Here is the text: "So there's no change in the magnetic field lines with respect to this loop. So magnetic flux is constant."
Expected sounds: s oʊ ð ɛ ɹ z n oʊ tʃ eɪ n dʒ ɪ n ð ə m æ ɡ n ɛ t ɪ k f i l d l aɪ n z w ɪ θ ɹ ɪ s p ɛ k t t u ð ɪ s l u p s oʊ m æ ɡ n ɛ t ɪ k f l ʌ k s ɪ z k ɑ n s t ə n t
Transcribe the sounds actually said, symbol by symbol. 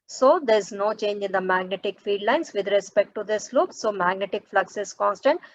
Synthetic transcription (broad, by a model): s oʊ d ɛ ɹ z n oʊ tʃ eɪ n dʒ ɪ n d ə m æ ɡ n ɛ t ɪ k f i d l aɪ n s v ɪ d ɹ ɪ s p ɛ k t t u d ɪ s l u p s oʊ m æ ɡ n ɛ t ɪ k f l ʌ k s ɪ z k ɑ n s t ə n t